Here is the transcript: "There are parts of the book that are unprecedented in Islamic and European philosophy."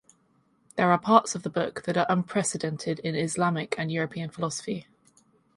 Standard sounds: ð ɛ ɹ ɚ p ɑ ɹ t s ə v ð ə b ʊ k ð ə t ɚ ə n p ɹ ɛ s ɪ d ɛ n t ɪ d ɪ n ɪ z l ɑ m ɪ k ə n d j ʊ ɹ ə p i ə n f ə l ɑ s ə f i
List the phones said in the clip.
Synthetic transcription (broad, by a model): ð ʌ ɹ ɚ p ɑ t s ə v ð ə b ʊ k ð ə t ɚ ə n p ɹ ɛ s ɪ d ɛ n t ɪ d ɪ n ɪ z l ɑ m ɪ k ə n j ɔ ɹ ə p i ə n f ə l ɑ s ə f i